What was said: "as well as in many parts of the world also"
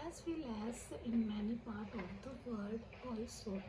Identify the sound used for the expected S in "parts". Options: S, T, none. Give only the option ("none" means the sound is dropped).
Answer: none